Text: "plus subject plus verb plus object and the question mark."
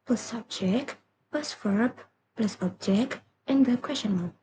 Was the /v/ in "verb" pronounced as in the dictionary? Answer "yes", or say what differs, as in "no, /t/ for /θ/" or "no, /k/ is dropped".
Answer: no, /f/ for /v/